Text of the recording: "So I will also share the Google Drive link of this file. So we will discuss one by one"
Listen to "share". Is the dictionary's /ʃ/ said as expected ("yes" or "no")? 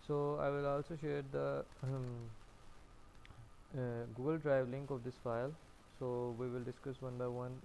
yes